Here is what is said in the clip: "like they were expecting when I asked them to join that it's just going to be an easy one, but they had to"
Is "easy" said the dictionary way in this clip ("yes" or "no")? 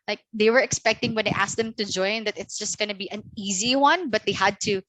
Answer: yes